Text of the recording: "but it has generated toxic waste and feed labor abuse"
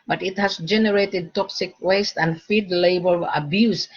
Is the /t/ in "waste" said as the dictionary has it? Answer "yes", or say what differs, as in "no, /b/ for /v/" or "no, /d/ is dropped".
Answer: yes